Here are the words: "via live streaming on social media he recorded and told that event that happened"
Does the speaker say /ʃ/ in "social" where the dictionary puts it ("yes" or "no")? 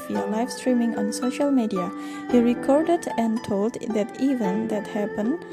yes